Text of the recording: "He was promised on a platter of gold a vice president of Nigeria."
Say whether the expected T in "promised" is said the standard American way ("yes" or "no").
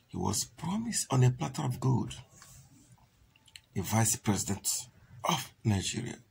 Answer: yes